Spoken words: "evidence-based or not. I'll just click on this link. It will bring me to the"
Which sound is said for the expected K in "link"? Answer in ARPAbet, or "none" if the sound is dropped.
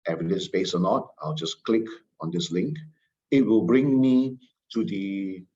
K